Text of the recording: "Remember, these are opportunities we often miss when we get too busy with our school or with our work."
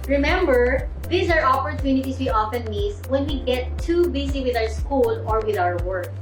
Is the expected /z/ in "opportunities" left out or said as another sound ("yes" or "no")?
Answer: yes